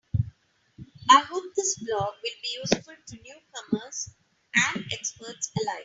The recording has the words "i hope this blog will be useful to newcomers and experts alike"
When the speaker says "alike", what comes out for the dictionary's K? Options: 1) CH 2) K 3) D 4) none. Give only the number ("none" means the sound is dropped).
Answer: 4